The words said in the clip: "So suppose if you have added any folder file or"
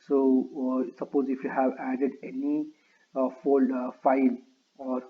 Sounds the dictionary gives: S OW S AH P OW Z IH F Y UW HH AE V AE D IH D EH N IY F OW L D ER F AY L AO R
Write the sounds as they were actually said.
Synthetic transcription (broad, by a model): S OW S AH P OW Z IH F Y UW HH AE V AE D IH D EH N IY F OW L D F AY L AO R